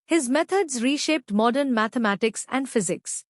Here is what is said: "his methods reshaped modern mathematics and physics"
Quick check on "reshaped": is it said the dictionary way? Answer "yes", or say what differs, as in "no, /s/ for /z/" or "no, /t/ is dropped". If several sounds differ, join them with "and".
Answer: yes